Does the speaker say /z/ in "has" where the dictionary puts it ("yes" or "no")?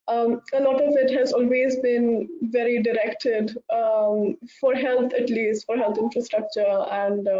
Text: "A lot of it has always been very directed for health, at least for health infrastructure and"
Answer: yes